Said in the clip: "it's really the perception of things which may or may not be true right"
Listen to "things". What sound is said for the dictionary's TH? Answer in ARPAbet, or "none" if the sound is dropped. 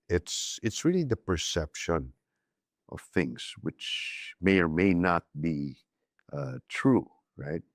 TH